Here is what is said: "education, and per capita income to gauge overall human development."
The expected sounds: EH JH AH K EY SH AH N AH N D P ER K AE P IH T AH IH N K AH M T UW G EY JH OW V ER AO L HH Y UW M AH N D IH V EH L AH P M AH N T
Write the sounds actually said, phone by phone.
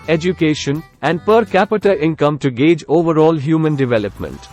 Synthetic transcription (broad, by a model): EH JH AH K EY SH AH N AH N D P ER K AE P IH T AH IH N K AH M T UW G EY JH OW V ER AO L HH Y UW M AH N D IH V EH L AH P M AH N T